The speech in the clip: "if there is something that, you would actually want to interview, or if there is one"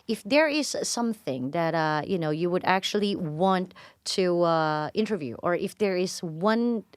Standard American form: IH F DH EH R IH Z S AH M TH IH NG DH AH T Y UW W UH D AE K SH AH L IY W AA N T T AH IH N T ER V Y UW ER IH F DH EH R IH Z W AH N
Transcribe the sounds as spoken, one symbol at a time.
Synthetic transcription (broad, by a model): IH F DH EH R IH Z S AH M TH IH NG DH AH T Y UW W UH D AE K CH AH L IY W AA N T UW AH IH N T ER V Y UW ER IH F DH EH R IH Z W AH N